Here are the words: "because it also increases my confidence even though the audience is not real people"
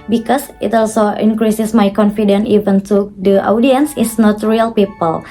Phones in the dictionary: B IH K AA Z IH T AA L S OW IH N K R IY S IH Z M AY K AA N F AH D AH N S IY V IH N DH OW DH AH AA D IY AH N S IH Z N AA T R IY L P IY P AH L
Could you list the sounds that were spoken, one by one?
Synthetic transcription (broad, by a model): B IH K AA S IH T AA L S OW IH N K R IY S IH S M AY K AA N F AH D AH N IY V IH N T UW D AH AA D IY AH N S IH S N AA T R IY L P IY P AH L